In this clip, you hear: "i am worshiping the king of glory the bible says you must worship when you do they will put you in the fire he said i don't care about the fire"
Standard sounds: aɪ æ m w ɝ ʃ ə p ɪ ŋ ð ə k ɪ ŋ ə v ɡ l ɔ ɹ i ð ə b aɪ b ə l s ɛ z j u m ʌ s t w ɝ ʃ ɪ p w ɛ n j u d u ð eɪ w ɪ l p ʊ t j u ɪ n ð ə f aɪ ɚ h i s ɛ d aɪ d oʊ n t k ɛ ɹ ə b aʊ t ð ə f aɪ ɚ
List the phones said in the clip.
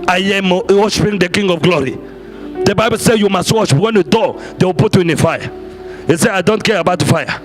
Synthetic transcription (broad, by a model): aɪ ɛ m w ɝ ʃ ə p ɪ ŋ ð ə k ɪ ŋ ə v ɡ l ɔ ɹ i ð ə b aɪ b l s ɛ j u m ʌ s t w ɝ ʃ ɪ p w ɛ n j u d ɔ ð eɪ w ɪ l p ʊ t j u ɪ n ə f aɪ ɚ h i s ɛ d aɪ d oʊ n t k ɛ ɹ ə b aʊ t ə f aɪ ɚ